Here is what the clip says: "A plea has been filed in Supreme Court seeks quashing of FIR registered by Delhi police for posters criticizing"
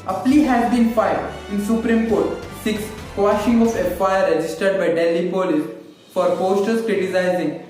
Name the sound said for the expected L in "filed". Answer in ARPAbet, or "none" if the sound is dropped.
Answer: none